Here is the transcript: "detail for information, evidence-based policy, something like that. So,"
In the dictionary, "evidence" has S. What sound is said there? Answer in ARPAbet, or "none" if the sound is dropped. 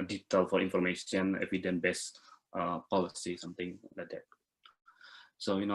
none